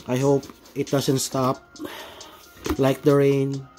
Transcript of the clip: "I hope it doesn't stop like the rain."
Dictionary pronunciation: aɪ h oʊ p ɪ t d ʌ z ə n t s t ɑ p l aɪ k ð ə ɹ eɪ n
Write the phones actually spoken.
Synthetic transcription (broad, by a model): aɪ h oʊ p ɪ t d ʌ s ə n t s t ɑ p l aɪ k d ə ɹ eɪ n